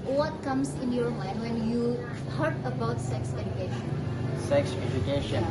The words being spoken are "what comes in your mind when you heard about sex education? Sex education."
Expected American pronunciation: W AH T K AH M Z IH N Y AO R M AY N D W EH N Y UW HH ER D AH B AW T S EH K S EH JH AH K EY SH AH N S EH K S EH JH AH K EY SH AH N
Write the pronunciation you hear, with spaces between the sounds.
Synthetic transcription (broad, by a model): W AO T K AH M S IH N Y AO R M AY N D W EH N Y UW HH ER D AH B AW T S EH K S EH JH AH K EY SH AH N S EH K S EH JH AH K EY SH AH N